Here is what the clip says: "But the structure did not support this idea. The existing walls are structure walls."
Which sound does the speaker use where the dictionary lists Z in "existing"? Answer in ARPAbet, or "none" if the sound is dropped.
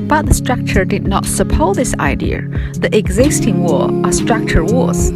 Z